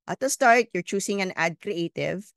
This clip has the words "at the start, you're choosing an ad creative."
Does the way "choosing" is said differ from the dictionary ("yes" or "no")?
yes